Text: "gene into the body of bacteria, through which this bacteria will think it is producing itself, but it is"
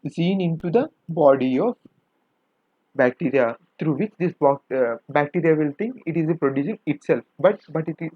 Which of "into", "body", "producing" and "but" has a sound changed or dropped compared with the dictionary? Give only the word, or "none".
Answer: producing